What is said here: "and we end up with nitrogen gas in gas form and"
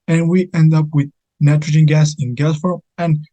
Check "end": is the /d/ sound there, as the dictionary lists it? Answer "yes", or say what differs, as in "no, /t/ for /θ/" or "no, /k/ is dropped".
yes